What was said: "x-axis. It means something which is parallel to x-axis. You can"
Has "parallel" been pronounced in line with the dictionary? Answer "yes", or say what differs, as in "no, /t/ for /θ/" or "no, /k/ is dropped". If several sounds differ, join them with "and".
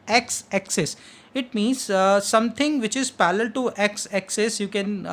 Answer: no, /l/ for /ɹ/